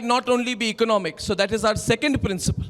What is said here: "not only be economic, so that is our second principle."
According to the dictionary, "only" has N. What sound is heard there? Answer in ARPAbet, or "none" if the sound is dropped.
N